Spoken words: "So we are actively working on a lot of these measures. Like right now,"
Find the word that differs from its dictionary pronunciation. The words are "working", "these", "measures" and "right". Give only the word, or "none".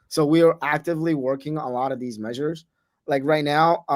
none